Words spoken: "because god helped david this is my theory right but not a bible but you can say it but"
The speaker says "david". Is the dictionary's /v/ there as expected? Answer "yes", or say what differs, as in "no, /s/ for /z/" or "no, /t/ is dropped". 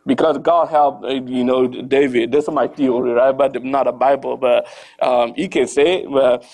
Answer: yes